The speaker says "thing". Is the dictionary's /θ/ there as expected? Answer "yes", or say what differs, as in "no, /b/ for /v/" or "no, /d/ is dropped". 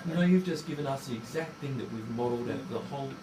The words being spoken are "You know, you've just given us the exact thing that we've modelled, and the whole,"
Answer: yes